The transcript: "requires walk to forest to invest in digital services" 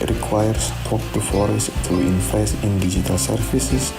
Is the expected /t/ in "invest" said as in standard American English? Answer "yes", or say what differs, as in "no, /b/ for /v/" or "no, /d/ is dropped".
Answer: no, /t/ is dropped